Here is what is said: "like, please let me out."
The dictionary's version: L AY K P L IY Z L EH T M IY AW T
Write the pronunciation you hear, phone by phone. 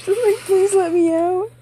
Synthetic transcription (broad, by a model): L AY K P L IY Z L EH T M IY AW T